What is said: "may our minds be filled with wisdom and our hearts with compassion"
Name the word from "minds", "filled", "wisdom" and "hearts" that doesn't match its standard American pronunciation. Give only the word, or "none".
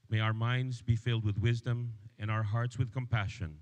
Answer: none